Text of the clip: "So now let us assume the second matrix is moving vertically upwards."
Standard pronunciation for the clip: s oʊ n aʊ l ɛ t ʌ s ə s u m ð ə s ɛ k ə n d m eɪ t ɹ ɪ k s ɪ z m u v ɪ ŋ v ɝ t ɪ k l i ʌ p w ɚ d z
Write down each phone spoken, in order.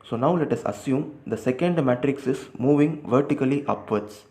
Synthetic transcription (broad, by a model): s oʊ n aʊ l ɛ t ʌ s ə s u m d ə s ɛ k ə n d m eɪ t ɹ ɪ k s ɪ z m u v ɪ ŋ v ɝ t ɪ k l i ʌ p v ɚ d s